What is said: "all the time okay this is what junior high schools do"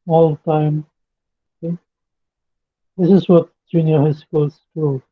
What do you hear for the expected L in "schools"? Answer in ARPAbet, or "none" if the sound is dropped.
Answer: none